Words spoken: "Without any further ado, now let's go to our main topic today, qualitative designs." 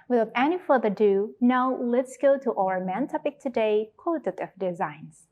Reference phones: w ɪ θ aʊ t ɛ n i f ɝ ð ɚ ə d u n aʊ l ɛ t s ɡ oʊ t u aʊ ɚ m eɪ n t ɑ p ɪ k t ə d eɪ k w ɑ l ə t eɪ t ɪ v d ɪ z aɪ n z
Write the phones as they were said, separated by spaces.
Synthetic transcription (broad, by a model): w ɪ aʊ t ɛ n i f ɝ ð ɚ ə d u n aʊ l ɛ t s ɡ oʊ t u aʊ ɚ m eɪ n t ɑ p ɪ k t ə d eɪ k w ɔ ə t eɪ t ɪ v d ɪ z aɪ n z